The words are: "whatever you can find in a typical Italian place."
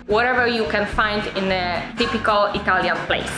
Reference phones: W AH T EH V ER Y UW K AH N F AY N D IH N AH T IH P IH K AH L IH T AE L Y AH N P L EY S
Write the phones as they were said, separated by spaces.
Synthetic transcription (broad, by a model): W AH T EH V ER Y UW K AH N F AY N D IH N AH T IH P IH K AH L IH T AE L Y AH N P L EY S